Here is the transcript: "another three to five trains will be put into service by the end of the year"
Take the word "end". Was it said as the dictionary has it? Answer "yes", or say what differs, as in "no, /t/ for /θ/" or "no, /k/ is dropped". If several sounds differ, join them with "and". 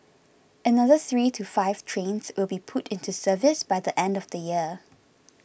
yes